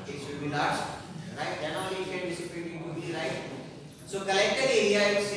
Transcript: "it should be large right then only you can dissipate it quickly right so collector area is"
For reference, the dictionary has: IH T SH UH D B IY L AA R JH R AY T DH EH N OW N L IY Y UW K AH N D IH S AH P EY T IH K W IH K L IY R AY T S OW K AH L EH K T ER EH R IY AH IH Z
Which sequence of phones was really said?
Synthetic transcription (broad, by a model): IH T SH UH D B IY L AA R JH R AY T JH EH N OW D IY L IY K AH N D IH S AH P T IH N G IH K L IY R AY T S OW K AH L EH K T ER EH IY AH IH